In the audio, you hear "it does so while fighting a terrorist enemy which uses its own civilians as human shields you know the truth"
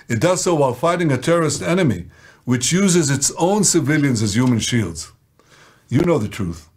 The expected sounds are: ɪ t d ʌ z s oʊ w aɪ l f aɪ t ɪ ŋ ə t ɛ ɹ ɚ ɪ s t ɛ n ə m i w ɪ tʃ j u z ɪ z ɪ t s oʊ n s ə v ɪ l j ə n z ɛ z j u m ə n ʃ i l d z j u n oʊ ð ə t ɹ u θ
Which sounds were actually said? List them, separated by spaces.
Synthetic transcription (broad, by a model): ɪ t d ʌ z s oʊ w aɪ l f aɪ t ɪ ŋ ə t ɛ ɹ ɚ ɪ s t ɛ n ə m i w ɪ tʃ j u z ɪ z ɪ t s oʊ n s ə v ɪ l j ə n z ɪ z j u m ə n ʃ i l d z j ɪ n oʊ ð ə t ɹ u θ